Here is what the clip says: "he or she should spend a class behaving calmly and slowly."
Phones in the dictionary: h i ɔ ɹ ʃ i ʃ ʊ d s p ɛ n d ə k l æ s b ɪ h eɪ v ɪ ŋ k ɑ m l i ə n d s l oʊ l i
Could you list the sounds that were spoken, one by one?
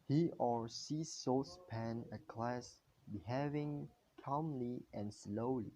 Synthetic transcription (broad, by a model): h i ɔ ɹ s i s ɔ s p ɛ n ə k l æ s b ɪ h eɪ v ɪ ŋ k ɑ m l i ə n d s l oʊ l i